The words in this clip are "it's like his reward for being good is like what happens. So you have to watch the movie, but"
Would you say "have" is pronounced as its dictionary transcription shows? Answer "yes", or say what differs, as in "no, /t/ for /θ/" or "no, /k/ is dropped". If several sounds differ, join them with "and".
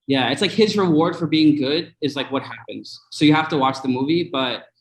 no, /f/ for /v/